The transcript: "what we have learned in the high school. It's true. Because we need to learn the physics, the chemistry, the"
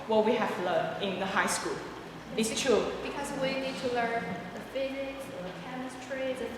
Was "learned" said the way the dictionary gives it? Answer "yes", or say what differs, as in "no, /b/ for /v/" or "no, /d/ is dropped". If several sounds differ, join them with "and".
no, /d/ is dropped